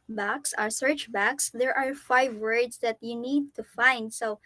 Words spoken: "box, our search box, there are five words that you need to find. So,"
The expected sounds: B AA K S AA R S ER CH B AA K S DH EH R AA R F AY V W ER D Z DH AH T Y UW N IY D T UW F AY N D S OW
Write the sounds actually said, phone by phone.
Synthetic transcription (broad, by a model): B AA K S AA R S ER CH B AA K S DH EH R AA R F AY V W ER D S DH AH T Y UW N IY D T UW F AY N D S OW